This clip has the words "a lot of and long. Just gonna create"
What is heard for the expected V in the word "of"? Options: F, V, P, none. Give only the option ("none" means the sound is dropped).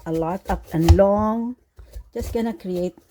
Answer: P